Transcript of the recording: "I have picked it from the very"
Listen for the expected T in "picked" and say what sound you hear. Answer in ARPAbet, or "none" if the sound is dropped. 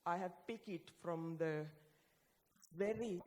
none